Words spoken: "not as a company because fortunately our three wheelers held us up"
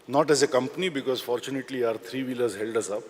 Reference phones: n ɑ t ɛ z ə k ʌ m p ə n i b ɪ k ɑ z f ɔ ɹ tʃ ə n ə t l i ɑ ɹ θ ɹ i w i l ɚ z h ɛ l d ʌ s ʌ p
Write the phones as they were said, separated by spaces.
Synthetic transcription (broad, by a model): n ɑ t ɛ z ə k ʌ m p ə n i b ɪ k ɑ z f ɔ ɹ tʃ ə n ə t l i ɑ ɹ t ɹ i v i l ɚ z h ɛ l d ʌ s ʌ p